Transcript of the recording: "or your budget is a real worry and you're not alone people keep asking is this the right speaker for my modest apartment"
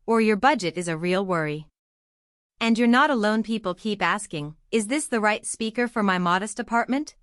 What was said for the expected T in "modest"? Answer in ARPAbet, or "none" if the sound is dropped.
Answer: T